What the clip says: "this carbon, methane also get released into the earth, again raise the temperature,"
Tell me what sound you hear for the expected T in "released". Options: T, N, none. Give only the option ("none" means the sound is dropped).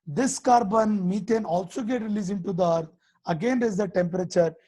none